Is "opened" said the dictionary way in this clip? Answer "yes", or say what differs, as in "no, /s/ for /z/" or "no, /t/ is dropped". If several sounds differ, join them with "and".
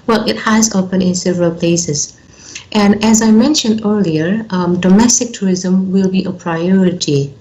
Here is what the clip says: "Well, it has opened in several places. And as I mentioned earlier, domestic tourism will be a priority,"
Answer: no, /d/ is dropped